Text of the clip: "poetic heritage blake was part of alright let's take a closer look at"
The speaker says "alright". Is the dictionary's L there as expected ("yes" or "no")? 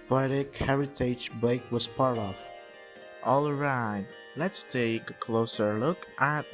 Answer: yes